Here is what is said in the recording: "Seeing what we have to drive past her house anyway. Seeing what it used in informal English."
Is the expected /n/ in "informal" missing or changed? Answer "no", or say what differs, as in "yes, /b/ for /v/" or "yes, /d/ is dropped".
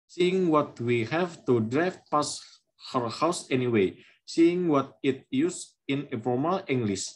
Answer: yes, /n/ is dropped